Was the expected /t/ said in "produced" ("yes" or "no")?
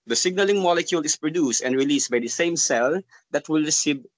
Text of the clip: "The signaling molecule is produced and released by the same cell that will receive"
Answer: yes